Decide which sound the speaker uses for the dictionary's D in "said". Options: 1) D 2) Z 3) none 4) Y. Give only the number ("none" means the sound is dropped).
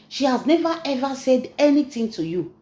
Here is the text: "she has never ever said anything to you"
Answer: 1